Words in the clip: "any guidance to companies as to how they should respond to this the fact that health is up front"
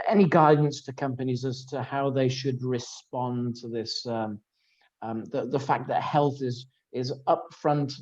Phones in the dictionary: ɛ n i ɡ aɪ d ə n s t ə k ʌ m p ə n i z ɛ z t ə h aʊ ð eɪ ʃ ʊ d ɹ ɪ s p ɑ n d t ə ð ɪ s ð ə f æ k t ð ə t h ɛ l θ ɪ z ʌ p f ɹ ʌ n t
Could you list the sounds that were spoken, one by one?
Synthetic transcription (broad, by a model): ɛ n i ɡ aɪ d n s t ə k ʌ m p ə n i z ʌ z t ə h aʊ ð eɪ ʃ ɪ d ɹ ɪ s p ɑ n t ə ð ɪ s ð ə f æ k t ð ə t h ɛ l θ ɪ z ʌ p f ɹ ʌ n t